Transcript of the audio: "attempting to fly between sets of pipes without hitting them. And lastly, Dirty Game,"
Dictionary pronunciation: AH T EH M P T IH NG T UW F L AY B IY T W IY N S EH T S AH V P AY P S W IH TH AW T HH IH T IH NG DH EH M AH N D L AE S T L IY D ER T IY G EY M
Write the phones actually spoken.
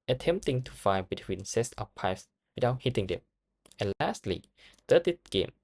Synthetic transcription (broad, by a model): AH T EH M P T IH NG T UW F AY B IY T W IY N S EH S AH P AY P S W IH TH AW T HH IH T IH NG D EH M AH N L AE S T L IY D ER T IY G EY M